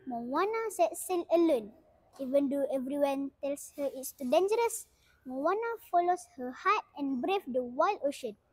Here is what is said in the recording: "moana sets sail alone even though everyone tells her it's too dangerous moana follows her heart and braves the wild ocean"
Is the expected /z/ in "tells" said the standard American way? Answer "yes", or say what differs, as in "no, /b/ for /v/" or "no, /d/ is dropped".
no, /s/ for /z/